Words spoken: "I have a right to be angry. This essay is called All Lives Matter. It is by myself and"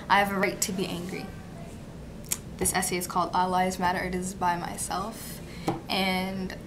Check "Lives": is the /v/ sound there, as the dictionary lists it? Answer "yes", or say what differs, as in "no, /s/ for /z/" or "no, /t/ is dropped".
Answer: no, /v/ is dropped